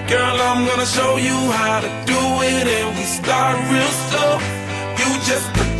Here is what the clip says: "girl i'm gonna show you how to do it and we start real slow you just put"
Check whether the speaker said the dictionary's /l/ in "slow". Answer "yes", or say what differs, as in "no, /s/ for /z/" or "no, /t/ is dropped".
no, /l/ is dropped